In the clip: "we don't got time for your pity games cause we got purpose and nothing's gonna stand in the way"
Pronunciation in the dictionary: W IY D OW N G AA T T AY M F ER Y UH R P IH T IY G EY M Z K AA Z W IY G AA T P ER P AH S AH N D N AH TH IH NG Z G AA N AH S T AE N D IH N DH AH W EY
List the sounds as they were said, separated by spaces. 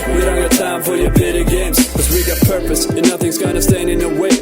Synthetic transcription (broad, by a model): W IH D OW N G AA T T AY M F ER Y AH R B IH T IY G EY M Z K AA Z W IY G AA T P ER P AH S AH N N AH TH IH NG Z G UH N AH S T AE N D IH N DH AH W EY